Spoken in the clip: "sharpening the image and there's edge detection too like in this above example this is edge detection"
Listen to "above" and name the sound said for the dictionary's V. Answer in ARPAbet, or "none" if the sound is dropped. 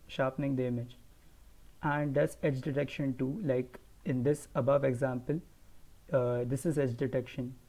V